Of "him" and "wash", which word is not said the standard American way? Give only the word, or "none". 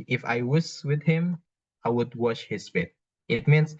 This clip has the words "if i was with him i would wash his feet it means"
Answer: none